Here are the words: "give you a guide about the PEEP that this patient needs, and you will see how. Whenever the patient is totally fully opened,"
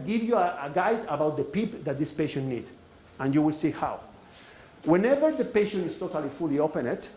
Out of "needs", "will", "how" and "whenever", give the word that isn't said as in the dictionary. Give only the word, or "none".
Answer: needs